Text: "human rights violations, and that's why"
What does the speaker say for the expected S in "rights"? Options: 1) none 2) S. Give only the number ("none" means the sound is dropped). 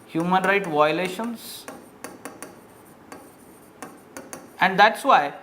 1